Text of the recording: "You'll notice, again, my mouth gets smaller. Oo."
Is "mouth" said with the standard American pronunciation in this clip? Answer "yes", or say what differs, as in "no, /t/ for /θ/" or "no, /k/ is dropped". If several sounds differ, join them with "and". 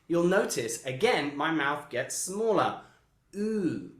yes